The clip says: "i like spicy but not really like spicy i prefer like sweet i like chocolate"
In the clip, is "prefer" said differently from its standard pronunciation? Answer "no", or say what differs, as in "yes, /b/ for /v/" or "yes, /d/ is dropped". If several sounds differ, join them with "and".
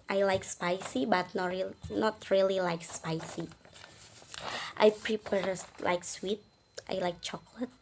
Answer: yes, /p/ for /f/